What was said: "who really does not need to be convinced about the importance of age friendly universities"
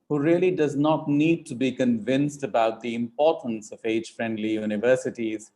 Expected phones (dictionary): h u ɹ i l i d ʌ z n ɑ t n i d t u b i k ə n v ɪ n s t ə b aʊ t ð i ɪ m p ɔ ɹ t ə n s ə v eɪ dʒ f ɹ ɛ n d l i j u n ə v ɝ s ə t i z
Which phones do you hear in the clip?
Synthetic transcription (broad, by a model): h u ɹ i l i d ʌ z n ɑ t n i d t u b i k ə n v ɪ n s t ə b aʊ t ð i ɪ m p ɔ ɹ t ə n s ə v eɪ dʒ f ɹ ɛ n d l i j u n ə v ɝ s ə t i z